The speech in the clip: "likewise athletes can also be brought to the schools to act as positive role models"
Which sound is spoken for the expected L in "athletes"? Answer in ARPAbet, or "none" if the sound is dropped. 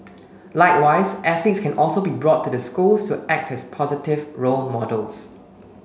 none